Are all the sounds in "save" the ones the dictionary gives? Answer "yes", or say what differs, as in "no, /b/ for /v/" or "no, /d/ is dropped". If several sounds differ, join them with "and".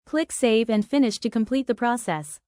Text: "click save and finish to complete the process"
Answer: yes